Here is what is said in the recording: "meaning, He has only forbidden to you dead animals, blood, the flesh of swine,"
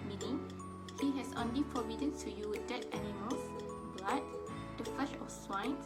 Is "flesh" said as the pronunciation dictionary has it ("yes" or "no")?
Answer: no